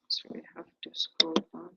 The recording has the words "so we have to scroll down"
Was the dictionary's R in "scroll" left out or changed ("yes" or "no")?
yes